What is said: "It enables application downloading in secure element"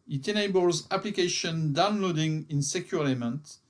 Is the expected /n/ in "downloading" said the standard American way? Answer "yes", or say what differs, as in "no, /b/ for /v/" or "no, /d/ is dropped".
yes